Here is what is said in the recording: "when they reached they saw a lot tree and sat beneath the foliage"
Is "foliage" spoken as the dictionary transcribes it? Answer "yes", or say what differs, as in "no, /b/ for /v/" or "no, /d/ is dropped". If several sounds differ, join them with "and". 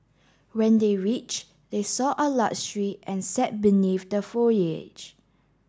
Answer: no, /l/ is dropped